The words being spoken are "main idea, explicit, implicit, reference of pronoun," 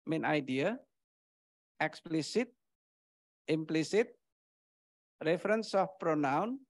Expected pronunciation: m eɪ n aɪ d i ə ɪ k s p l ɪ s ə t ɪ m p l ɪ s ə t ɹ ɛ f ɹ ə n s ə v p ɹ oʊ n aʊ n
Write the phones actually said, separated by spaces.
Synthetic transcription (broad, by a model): m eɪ n aɪ d i ə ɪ k s p l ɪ s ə t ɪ m p l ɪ s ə t ɹ ɛ f ɹ ə n s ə f p ɹ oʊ n aʊ n